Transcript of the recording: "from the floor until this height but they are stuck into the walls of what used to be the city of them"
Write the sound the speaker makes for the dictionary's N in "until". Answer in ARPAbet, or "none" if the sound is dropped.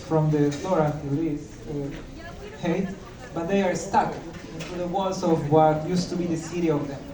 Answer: none